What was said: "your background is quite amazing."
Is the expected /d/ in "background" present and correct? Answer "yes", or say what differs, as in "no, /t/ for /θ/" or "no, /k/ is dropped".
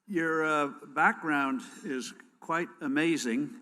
yes